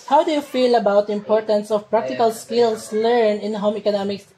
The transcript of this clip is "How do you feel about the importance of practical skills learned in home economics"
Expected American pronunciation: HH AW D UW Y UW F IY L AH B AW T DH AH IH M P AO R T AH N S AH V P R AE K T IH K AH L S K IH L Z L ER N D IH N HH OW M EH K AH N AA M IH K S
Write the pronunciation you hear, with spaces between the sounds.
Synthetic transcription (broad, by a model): HH AW D UW Y UW F IY L AH B AW T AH IH M P AO R T AH N S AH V P R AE K T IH K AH L S K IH L S L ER N IH N HH OW M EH K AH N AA M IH K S